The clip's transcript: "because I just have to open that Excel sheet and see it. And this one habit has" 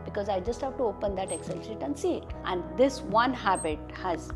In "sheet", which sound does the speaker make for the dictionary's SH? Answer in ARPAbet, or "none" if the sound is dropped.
S